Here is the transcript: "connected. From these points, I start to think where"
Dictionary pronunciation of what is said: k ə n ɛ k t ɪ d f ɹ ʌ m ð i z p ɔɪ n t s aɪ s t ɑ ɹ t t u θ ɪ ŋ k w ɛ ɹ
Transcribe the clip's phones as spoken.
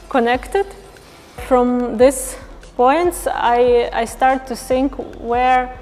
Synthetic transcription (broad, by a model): k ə n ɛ k t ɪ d f ɹ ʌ m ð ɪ s p ɔɪ n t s aɪ s t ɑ ɹ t t u θ ɪ ŋ k w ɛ ɹ